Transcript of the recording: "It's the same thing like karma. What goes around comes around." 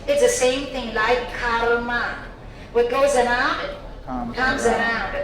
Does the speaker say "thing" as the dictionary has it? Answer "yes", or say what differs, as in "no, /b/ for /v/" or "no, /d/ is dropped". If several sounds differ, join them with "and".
yes